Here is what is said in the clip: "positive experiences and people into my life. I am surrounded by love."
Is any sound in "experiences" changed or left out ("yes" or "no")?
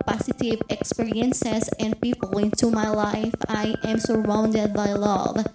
yes